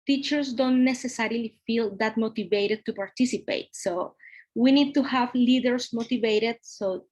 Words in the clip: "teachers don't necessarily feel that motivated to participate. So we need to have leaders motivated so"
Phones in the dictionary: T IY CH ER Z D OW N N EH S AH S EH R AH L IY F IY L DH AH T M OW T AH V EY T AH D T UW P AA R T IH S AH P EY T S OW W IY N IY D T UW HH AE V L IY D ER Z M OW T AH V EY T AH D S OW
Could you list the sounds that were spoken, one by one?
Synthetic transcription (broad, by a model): T IY CH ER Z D OW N N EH S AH S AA R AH L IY F IY L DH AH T M OW T AH V EY T AH D T UW P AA R T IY S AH P EY T S OW W IY N IY D T UW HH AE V L IY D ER S M OW T AH V EY T AH D S OW